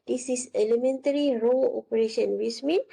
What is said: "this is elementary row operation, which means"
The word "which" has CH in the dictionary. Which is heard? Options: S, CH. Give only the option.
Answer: S